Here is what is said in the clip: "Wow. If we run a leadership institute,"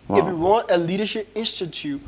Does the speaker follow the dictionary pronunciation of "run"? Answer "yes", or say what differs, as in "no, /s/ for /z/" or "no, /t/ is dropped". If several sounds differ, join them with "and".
no, /w/ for /ɹ/